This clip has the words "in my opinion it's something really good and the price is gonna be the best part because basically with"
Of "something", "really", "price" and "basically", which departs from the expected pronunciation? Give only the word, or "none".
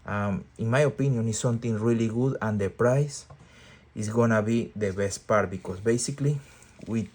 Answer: something